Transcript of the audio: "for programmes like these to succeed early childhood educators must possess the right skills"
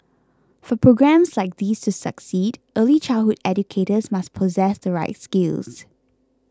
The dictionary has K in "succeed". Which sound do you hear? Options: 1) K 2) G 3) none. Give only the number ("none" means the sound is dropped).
1